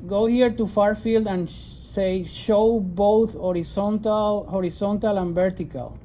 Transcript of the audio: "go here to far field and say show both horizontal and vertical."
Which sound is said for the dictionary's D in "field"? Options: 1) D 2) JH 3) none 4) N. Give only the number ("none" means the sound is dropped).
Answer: 1